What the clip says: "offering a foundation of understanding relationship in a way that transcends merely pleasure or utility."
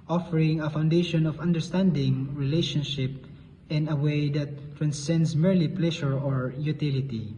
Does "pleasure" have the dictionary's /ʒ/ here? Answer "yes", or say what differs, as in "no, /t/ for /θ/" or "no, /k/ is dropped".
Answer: no, /ʃ/ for /ʒ/